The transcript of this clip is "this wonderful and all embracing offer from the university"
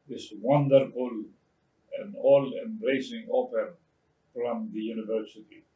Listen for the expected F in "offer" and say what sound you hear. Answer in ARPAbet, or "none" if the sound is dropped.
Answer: P